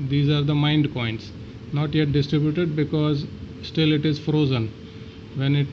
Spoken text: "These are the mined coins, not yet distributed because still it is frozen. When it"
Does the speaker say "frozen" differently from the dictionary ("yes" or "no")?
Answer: no